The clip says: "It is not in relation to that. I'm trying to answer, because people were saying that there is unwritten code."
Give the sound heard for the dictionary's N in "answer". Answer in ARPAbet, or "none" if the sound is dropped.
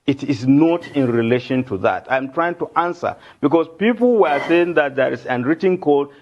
N